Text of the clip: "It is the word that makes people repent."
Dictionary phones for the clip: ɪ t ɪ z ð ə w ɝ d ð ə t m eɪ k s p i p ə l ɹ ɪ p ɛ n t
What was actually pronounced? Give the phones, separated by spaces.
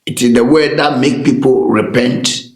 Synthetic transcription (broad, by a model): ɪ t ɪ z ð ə w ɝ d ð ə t m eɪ k p i p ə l ɹ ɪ p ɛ n t